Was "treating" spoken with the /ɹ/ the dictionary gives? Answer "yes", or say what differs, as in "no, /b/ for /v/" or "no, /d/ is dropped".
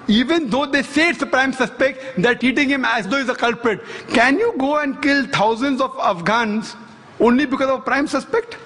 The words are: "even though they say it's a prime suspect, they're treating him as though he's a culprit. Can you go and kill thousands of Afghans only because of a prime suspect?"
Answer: no, /ɹ/ is dropped